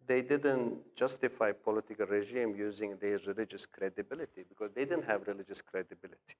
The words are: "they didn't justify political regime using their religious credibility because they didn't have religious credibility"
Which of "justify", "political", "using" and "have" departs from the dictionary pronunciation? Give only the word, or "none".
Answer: none